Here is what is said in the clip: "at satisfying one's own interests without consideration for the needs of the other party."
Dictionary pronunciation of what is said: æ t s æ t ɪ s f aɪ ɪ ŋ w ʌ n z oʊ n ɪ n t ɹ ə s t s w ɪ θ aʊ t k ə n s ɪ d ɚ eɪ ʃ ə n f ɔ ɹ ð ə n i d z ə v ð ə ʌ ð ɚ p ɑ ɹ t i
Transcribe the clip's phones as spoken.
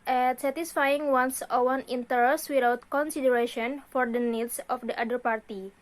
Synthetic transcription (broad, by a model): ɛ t s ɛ t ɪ s f aɪ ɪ ŋ w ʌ n s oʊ n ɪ n t ə t s w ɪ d aʊ t k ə n s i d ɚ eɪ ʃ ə n f ɔ ɹ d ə n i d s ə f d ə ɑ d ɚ p ɑ ɹ t i